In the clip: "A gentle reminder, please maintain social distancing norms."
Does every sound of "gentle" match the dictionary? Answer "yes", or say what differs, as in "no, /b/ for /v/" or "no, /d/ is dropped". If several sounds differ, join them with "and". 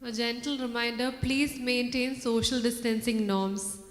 yes